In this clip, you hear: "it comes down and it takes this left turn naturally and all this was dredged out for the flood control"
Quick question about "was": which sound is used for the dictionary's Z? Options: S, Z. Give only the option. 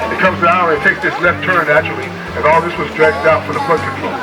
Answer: Z